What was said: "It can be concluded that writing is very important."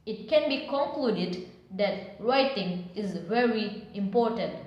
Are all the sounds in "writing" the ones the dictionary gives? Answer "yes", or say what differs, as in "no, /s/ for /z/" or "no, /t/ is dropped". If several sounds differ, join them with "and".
yes